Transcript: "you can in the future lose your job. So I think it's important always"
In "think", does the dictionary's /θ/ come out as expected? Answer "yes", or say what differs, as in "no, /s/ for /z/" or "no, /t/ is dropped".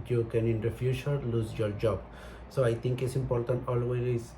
no, /t/ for /θ/